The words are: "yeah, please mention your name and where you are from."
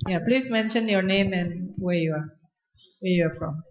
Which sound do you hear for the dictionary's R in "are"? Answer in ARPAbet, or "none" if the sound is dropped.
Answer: W